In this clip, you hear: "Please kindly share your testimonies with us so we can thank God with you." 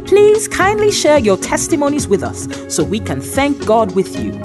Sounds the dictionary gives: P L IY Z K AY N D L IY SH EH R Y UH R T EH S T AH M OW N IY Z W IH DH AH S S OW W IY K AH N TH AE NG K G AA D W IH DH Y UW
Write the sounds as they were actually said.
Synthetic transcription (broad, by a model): P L IY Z K AY N D L IY SH EH R Y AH R T EH S T AH M OW N IY Z W IH DH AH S S OW W IY K AH N TH AE NG K G AA D W IH DH Y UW